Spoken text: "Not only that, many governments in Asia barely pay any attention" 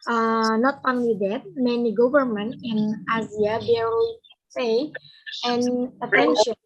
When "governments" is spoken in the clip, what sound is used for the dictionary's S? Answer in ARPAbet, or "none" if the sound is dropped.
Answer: none